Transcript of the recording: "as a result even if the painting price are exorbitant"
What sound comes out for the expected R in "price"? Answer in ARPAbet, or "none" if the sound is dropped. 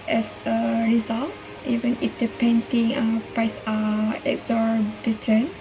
R